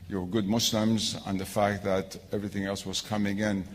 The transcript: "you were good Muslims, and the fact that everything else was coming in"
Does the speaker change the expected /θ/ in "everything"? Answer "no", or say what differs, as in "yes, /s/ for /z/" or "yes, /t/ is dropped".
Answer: no